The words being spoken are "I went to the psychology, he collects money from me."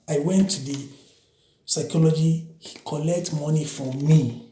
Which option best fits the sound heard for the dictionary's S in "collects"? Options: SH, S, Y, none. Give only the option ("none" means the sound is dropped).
none